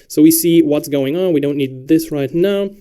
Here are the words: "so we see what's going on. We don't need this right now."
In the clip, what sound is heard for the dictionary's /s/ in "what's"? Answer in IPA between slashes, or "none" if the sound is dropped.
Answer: /s/